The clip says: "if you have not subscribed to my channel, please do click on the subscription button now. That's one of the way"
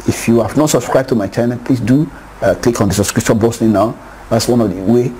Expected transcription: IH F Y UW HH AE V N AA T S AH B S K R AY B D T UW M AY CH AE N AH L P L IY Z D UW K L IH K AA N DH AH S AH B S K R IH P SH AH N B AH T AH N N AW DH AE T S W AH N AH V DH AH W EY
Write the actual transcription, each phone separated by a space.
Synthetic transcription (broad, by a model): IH F Y UW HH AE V N AA T S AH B S K R AY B T UW M AY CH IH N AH P L IY S D UW K L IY K AA N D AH S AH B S K R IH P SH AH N B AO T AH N N AW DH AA T S W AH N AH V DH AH W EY